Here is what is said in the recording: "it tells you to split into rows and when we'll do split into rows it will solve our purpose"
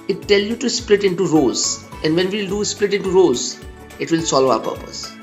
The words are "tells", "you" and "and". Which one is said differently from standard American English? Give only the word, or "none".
tells